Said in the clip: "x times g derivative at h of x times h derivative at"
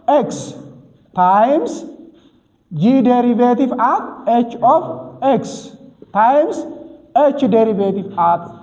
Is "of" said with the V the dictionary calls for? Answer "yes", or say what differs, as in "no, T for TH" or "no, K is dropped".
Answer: no, F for V